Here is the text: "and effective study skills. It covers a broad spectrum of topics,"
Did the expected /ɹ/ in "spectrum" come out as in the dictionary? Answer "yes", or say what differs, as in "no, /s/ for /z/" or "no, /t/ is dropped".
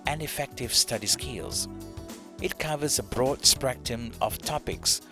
no, /ɹ/ is dropped